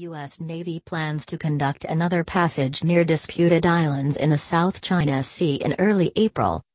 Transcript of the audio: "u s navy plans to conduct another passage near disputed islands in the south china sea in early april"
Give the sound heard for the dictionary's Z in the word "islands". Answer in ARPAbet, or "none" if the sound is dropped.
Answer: Z